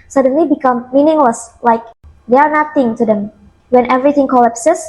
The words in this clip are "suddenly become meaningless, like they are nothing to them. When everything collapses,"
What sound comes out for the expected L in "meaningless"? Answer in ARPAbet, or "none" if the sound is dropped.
L